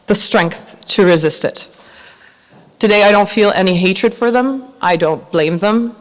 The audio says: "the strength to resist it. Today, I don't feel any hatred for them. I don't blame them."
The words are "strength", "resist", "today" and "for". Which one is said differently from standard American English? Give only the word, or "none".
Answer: none